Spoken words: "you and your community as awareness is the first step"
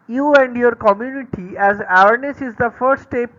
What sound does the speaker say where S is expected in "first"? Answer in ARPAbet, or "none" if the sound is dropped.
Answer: none